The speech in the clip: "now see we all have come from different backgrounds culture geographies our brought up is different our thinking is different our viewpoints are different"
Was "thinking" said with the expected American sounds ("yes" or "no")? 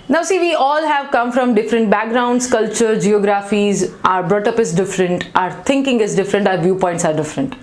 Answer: no